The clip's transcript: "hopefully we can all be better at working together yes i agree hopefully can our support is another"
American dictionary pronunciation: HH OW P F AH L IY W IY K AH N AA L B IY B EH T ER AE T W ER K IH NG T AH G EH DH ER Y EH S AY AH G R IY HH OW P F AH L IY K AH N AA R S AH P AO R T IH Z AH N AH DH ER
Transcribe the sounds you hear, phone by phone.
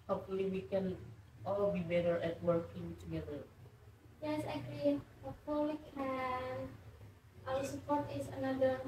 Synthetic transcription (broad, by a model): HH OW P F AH L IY W IY K AH N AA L B IY B EH T ER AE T W ER K IH NG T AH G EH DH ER Y EH S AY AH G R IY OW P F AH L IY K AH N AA L S AH P AO R T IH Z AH N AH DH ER